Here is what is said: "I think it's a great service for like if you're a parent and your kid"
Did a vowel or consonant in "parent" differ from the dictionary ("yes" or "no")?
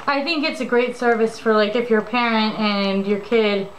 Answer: no